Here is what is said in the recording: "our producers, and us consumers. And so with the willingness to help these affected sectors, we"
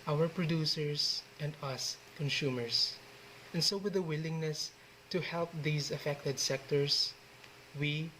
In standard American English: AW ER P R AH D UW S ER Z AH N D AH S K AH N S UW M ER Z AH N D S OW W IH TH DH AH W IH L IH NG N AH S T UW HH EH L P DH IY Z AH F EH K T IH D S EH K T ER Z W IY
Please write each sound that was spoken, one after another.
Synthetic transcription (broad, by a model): AW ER P R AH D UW S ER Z AH N D AH S K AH N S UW M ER S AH N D S OW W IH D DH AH W IH L IH NG N AH S T UW HH EH L P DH IY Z AH F EH K T IH D S EH K T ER S W IY